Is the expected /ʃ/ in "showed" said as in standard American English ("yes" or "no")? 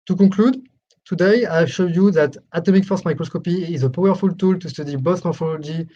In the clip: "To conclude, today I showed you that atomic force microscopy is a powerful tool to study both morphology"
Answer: yes